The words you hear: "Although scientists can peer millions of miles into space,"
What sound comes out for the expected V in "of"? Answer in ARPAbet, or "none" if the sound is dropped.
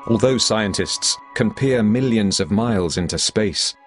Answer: V